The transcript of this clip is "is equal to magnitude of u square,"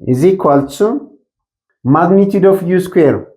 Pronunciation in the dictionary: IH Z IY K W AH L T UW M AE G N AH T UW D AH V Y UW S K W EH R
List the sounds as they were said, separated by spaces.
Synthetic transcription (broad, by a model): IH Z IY K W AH L S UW M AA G N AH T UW D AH F Y UW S K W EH R